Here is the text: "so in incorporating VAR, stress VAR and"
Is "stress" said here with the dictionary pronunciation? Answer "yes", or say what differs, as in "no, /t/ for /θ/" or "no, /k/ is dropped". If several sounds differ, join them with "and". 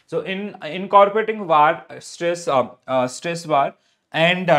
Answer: yes